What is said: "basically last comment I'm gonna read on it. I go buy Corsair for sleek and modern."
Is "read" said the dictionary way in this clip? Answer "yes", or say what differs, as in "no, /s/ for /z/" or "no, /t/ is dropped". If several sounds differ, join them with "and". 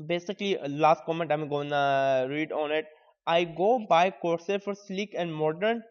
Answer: yes